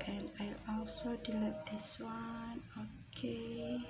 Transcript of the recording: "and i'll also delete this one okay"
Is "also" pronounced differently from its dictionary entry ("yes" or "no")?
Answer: no